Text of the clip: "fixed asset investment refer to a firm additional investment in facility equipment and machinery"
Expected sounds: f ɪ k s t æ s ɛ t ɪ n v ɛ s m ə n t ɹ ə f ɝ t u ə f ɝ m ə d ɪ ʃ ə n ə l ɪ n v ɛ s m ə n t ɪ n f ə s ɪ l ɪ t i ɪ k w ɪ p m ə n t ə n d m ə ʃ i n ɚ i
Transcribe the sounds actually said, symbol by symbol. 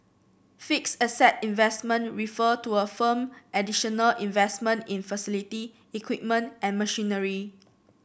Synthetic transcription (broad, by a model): f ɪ k s ʌ s ɛ t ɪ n v ɛ s m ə n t ɹ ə f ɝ t u ə f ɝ m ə d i ʃ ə n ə l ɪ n v ɛ s m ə n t ɪ n f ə s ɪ l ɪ t i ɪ k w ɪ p m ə n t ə n m ə ʃ i n ɚ i